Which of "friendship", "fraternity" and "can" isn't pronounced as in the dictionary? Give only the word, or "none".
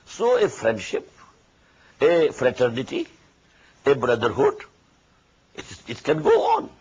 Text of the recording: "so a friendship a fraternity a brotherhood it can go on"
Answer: none